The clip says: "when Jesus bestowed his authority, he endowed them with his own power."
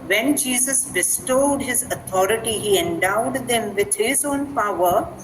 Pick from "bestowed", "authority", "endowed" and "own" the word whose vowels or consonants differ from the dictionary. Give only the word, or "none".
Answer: authority